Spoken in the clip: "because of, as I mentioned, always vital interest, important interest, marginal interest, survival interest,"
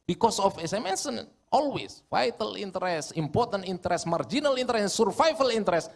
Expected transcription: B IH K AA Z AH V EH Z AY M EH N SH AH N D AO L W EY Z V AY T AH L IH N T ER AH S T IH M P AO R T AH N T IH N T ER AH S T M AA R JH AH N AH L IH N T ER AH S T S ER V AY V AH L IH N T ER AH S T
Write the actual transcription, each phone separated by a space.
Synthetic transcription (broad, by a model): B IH K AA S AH F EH S AY M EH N S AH N AO L W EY S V AY T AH L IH N T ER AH S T IH M P AO R T AH N T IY N T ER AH S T M AA R JH AH N AH L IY N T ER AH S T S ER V AY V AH L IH N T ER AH S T